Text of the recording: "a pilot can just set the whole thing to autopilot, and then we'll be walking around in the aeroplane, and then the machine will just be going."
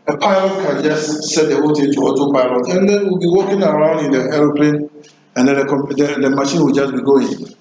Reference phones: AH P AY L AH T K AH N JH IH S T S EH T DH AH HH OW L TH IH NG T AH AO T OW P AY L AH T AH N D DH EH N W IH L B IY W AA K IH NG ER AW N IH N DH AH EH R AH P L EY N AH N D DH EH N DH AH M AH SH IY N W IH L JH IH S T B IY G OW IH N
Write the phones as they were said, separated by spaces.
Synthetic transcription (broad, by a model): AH P AY L AH T K AH N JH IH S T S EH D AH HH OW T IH T AH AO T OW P AY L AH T AH N D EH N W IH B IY W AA K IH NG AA AW N IH N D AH EH R AH P L EY N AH N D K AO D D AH M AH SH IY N W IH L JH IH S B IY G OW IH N